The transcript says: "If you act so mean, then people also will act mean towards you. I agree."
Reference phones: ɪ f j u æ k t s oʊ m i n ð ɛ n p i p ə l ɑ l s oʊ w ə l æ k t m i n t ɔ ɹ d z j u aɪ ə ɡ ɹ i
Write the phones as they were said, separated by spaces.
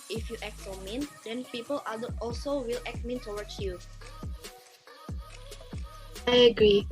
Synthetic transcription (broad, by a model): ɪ f j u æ k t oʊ m i n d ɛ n p i p ə l ɑ l s oʊ w ə l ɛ k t m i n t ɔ w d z j u aɪ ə ɡ ɹ i